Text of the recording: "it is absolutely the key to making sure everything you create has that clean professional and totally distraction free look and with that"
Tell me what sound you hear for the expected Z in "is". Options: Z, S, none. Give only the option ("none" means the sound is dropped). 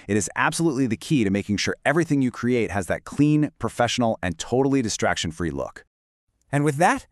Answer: Z